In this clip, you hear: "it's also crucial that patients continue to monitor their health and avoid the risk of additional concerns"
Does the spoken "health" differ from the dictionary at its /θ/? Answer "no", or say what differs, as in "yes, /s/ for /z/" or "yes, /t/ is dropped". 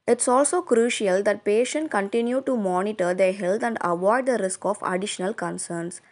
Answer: yes, /t/ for /θ/